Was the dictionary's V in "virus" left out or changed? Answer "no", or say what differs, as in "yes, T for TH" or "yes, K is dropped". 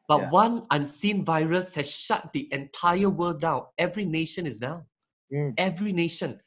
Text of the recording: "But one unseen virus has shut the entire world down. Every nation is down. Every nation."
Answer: no